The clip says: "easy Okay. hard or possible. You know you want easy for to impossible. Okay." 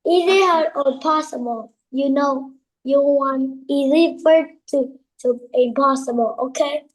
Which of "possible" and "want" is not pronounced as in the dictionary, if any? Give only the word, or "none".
want